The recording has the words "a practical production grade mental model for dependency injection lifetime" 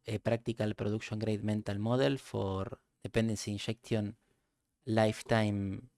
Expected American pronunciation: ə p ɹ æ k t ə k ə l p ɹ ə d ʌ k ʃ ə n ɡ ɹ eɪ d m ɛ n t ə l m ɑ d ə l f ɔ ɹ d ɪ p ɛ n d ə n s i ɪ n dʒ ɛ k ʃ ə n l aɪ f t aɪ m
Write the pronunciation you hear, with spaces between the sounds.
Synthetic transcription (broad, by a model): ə p ɹ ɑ k t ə k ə l p ɹ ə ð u k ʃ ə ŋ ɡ ɹ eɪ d m ɛ n t ə l m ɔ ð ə l f ɔ ɹ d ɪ p n d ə n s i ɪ n ʃ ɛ k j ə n l aɪ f t aɪ m